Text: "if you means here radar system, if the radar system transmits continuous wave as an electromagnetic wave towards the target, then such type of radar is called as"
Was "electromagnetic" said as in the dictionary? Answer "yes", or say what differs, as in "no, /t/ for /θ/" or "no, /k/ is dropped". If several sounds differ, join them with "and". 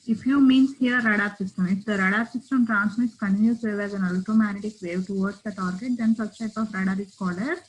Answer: no, /k/ is dropped and /ɹ/ is dropped